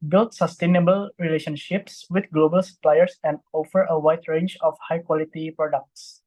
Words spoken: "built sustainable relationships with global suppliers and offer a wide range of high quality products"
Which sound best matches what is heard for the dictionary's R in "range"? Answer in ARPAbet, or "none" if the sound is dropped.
R